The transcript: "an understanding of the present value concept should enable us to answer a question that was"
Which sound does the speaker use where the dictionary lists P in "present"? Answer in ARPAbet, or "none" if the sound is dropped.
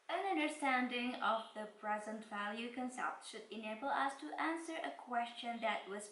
P